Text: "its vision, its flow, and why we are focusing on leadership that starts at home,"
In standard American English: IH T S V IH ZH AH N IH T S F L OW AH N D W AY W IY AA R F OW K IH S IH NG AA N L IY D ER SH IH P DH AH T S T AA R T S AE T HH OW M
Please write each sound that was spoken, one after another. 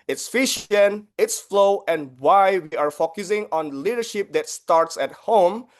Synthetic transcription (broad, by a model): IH T S F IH SH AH N IH T S F L OW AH N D W AY W IY AA R F OW K IH S IH NG AA N L IY D ER SH IH P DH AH T S T AA R T S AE T HH OW M